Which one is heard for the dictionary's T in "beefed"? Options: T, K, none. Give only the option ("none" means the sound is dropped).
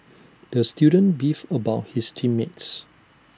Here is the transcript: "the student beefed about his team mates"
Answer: none